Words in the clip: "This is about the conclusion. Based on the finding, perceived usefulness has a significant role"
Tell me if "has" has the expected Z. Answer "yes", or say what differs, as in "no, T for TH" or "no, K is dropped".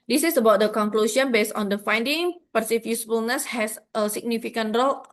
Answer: no, S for Z